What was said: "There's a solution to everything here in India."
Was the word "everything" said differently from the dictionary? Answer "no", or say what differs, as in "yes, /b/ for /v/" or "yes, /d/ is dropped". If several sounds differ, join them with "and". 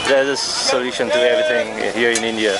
yes, /t/ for /θ/